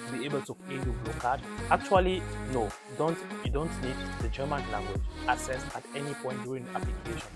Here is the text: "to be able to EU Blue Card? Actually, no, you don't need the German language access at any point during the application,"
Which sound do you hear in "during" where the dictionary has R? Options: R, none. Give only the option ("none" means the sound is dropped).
none